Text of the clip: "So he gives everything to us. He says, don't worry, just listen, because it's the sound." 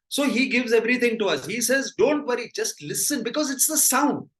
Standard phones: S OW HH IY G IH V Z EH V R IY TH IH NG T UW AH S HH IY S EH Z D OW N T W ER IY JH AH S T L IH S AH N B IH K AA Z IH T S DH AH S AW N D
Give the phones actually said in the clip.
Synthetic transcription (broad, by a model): S OW HH IY G IH V Z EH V R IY T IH NG T UW AH S HH IY S EH Z D OW N T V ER IY JH AH S T L IH S AH N B IH K AA Z IH T S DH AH S AW N D